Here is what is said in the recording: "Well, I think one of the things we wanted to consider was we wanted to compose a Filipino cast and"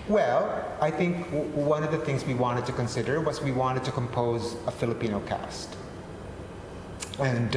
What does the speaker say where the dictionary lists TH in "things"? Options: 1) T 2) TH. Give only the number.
2